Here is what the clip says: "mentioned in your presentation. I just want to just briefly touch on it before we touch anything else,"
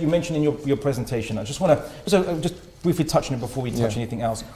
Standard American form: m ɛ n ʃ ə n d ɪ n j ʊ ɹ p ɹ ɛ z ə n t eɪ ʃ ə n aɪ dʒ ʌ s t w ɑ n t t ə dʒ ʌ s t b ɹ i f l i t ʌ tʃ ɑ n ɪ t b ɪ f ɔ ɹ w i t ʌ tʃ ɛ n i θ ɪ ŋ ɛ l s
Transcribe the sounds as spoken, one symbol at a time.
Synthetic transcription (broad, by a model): m ɛ n ʃ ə n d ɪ n j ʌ ɹ p ɹ ɛ z ə n t eɪ ʃ ə n aɪ dʒ ʌ s t w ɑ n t s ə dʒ ʌ s b ɹ i f l i t ʌ tʃ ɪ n ɪ t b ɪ f ɔ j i t ʌ tʃ ɛ n i θ ɪ ŋ ɛ l s